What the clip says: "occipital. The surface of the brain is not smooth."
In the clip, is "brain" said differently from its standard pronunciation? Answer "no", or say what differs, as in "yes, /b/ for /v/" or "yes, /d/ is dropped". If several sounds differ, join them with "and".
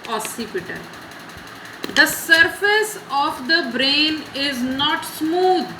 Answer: no